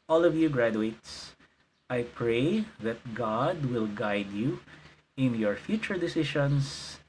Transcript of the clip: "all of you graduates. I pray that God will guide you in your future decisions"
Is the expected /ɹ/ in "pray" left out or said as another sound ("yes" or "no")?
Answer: no